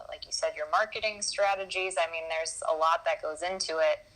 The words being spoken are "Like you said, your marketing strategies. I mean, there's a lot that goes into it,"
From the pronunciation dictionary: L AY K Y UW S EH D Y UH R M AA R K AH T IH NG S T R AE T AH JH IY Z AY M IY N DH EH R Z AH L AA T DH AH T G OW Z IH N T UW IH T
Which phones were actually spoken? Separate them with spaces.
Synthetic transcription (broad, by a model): L AY K Y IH S EH D Y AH R M AA R K AH T IH NG S T R AE T AH JH IY Z AY M IY N DH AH R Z AH L AA T DH AH T G OW Z IH N T UW IH T